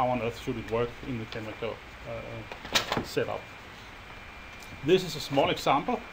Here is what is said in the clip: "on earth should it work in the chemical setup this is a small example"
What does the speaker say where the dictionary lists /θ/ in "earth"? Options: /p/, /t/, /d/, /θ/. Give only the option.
/θ/